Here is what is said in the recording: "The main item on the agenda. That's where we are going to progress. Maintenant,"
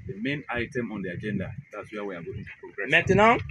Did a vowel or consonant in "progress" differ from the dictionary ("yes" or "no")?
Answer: yes